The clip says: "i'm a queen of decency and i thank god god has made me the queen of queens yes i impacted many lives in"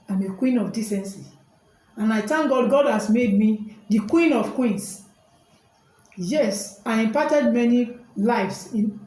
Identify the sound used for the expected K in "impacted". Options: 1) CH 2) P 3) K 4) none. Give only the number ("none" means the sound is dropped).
4